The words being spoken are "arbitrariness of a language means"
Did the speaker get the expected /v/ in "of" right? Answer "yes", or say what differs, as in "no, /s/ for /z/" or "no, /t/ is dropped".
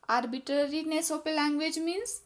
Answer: no, /p/ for /v/